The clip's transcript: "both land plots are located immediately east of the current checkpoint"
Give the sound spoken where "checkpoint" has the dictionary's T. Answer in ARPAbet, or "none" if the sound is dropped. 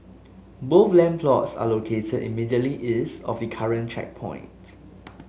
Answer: T